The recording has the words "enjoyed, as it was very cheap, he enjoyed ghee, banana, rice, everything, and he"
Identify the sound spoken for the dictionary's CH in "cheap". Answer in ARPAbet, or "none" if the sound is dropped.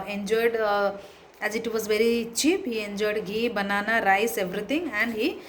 CH